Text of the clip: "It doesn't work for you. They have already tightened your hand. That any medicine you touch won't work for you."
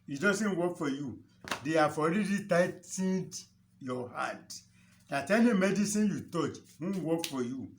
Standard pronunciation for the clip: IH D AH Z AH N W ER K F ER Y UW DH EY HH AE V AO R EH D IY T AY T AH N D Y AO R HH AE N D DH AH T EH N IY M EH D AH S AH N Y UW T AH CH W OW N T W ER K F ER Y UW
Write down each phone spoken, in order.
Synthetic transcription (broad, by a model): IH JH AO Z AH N W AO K F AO Y UW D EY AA F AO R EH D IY T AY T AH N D Y AO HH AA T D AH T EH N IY M EH D AH S AH N Y UW T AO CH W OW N W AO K F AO Y UW